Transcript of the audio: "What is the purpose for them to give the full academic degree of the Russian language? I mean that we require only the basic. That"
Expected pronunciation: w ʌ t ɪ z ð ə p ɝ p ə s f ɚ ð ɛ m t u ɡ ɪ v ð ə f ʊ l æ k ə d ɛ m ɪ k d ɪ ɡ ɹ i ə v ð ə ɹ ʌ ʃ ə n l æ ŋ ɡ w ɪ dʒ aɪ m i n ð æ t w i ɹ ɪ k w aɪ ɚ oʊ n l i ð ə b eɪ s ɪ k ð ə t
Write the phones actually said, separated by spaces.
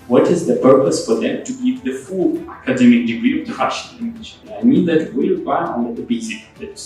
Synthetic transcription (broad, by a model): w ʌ t ɪ z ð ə p ɝ p ə s f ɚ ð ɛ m t u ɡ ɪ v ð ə f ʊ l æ k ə d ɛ m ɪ k d ɪ ɡ ɹ i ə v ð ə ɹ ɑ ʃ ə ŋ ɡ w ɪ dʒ aɪ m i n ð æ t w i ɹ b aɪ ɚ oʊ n i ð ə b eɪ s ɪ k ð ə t